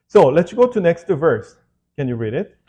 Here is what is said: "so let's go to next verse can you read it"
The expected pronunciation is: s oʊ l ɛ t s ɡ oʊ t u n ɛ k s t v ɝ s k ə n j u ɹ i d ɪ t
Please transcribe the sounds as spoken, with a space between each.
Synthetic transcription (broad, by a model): s oʊ l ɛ t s ɡ oʊ t u n ɛ k s t v ɝ s k ə n j u ɹ i d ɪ t